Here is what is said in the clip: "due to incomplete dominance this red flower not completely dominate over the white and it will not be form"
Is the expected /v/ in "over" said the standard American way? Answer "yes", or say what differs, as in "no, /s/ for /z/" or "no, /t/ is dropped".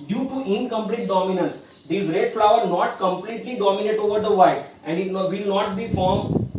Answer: yes